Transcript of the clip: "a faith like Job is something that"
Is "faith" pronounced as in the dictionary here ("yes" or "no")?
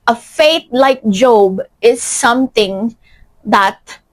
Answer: no